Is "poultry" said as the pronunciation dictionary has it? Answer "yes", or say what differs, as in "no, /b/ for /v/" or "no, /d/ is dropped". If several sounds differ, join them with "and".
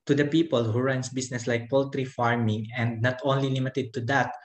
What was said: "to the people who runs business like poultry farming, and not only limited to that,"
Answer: yes